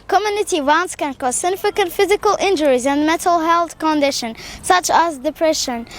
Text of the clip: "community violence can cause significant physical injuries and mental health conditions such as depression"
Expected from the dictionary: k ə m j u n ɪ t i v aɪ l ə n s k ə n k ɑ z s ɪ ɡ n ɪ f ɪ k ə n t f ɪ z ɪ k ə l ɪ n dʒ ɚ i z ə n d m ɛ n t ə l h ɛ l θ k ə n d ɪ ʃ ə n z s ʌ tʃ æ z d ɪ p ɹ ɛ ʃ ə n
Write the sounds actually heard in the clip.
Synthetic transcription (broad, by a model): k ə m j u n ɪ t i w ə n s k ə n k ɑ z s ɪ ɡ n ɪ f ɪ k ə n t f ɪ z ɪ k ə l ɪ n dʒ ɚ i z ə n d m ɛ n t ə l h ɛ l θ k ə n d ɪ ʃ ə n s ʌ tʃ æ z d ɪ p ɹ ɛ ʃ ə n